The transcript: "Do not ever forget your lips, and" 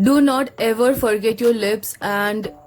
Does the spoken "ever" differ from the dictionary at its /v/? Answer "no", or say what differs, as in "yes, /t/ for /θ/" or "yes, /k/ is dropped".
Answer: no